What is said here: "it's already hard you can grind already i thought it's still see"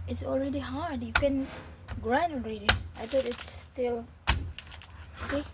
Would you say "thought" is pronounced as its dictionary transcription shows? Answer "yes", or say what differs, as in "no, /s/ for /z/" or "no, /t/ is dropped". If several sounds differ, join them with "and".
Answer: no, /t/ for /θ/